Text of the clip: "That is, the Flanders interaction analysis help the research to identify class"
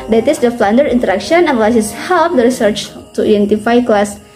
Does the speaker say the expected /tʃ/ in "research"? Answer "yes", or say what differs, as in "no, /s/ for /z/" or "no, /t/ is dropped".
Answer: yes